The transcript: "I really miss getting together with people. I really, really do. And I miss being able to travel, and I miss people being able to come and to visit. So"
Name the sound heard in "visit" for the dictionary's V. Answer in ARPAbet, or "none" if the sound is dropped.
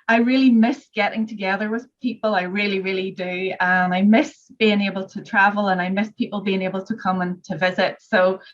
V